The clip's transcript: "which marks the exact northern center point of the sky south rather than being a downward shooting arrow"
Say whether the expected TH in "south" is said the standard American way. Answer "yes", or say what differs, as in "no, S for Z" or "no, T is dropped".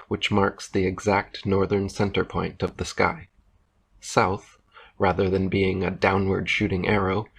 yes